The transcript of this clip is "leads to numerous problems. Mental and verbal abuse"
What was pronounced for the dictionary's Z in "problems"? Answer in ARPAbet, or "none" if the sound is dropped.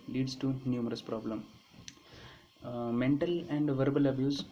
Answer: none